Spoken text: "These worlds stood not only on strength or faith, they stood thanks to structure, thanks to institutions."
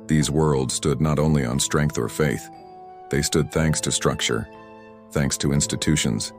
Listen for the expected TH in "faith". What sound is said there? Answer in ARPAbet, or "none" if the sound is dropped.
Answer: TH